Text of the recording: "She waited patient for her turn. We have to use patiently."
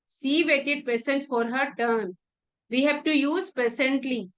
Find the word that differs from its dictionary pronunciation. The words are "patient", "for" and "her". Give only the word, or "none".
patient